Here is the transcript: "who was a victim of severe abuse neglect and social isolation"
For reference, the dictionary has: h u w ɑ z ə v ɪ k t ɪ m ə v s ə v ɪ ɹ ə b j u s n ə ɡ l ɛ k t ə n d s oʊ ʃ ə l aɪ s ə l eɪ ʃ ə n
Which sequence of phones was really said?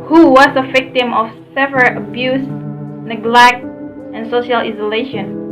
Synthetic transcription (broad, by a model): h u w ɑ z ə v ɪ k t ɪ m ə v s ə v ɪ l ə b j u s n ə ɡ l ɛ k t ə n s oʊ ʃ ə l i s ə l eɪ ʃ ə n